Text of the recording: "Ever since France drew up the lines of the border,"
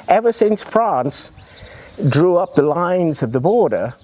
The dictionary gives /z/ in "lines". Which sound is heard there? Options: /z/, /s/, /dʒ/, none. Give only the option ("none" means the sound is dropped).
/z/